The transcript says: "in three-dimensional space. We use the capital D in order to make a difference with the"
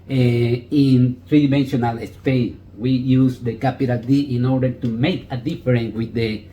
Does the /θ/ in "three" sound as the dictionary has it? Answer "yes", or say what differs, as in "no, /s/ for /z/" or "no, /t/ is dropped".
no, /t/ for /θ/